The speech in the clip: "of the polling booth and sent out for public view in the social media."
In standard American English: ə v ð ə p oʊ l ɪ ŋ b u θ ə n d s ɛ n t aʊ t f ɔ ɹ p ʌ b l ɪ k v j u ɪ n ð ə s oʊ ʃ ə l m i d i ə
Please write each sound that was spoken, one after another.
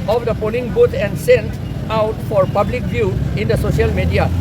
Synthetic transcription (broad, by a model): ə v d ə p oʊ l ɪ ŋ b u t ə n d s ɛ n t aʊ t f ɔ ɹ p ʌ b l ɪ k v j u ɪ n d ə s oʊ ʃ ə l m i d i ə